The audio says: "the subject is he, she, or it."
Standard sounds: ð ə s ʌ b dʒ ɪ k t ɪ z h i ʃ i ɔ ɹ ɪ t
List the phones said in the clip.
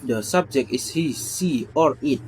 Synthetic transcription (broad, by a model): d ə s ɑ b dʒ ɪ k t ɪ s h i s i ɔ ɹ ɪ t